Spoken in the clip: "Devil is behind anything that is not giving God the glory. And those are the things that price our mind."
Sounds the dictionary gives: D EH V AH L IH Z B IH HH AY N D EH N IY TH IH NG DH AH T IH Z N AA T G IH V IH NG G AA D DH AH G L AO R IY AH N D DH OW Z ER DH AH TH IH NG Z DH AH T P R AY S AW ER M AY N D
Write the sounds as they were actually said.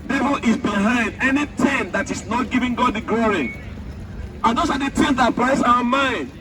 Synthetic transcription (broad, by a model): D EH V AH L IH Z B IH HH AY N D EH N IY T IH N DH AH T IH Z N AA T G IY V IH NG G AA D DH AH G L AO R IY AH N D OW S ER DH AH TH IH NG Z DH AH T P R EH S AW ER M AY N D